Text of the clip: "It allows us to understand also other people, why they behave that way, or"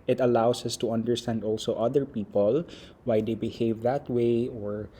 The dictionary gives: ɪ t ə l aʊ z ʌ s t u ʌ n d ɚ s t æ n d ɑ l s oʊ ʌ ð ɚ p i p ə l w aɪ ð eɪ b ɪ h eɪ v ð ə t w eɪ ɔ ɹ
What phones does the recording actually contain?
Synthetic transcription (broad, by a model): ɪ t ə l aʊ s ʌ s t u ʌ n d ɚ s t æ n d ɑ l s oʊ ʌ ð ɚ p i p ə l w aɪ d eɪ b ɪ h eɪ v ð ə t w eɪ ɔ ɹ